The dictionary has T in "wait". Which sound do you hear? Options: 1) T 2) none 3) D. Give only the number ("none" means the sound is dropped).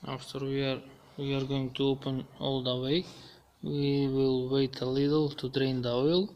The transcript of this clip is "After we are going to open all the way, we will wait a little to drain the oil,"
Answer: 1